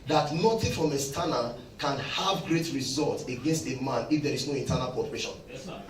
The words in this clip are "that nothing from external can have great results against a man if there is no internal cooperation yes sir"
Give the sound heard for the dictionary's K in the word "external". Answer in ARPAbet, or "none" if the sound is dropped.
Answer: none